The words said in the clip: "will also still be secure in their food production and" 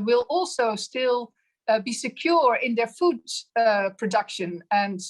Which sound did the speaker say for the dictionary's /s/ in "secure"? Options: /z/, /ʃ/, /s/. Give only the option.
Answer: /s/